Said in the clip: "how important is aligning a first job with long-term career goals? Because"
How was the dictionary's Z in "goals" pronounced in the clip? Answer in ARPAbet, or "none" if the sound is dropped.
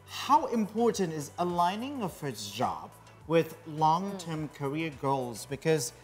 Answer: Z